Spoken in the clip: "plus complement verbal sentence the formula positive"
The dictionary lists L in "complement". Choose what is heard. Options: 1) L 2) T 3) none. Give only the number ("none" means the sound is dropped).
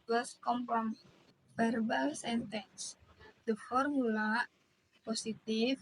3